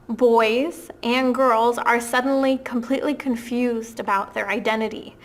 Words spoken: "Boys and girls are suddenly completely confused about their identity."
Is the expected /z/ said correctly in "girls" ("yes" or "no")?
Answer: yes